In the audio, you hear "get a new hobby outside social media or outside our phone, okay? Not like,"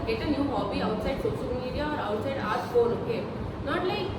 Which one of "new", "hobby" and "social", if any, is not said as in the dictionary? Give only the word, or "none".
social